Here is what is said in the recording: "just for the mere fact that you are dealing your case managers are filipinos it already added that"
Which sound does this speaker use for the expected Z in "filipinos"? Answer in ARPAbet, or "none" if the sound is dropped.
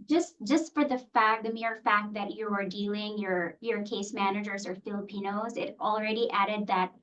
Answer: Z